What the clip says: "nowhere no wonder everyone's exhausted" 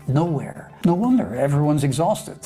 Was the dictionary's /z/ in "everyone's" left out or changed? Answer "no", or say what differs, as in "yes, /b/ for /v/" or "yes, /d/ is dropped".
no